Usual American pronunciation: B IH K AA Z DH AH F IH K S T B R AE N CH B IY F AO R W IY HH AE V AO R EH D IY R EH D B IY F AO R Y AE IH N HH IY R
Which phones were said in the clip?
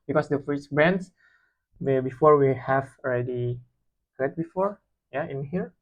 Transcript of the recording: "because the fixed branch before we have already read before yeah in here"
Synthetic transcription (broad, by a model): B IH K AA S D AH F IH S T B R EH N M B IY F AO R W IY HH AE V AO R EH D IY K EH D B IY F AO R Y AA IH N HH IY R